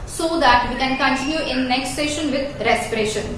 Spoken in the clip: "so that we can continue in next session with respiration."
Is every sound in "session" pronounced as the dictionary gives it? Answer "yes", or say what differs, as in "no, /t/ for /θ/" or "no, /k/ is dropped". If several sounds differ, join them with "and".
yes